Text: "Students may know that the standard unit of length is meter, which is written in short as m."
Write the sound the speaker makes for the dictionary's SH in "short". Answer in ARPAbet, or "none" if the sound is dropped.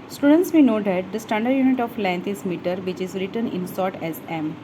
S